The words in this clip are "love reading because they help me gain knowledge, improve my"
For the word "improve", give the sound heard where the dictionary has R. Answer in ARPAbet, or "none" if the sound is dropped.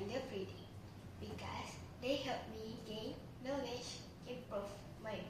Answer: none